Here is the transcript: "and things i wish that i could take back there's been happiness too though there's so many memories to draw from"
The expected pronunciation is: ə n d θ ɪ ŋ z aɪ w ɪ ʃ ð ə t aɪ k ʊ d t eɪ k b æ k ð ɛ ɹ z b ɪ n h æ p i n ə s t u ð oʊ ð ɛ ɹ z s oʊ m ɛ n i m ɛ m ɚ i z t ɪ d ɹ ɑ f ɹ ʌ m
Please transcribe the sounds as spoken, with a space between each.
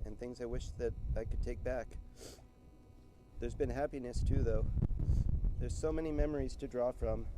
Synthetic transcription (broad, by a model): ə n θ ɪ ŋ z aɪ w ɪ ʃ ð ə t aɪ k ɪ d t eɪ k b æ k ð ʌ ɹ z b ɪ n h æ p i n ə s t u ð oʊ ð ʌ ɹ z s oʊ m ɛ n i m ɛ m ɚ i z t ɪ d ɹ ɑ f ɹ ʌ m